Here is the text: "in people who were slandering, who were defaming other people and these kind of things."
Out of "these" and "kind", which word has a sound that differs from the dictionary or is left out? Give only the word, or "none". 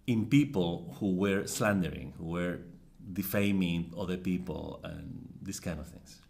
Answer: these